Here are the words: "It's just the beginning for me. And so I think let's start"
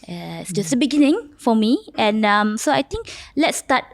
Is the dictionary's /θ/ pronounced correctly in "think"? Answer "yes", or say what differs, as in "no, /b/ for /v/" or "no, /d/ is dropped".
no, /t/ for /θ/